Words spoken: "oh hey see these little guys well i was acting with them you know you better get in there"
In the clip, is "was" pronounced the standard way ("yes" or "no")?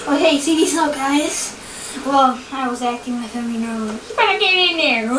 yes